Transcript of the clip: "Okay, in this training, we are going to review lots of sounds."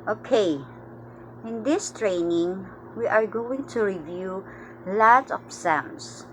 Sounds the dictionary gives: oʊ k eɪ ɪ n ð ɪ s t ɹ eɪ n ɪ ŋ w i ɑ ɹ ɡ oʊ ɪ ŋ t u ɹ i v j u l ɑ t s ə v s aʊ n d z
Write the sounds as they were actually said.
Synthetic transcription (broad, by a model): oʊ k eɪ ɪ n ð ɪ s t ɹ eɪ n ɪ ŋ w i ɑ ɹ ɡ oʊ ɪ ŋ t u ɹ i v j u l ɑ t ə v s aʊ n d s